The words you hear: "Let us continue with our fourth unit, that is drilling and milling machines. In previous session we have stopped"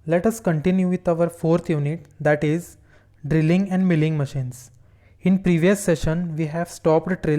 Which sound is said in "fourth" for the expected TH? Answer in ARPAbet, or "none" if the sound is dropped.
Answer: T